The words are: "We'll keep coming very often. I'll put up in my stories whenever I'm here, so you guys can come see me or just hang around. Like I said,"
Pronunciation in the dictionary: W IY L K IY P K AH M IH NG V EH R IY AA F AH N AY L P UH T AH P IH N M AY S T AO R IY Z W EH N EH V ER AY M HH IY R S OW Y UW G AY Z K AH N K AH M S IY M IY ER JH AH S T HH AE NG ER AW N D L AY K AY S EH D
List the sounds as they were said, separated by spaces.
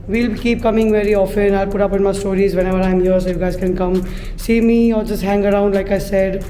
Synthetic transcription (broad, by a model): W IY L K IY P K AH M IH NG V EH R IY AA F AH N AY L P UH T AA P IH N M AY S T AO R IY Z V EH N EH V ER AY M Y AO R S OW Y UW G AY Z K AH N K AH M S IY M IY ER JH AH S T HH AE NG ER AW N D L AY K AY S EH D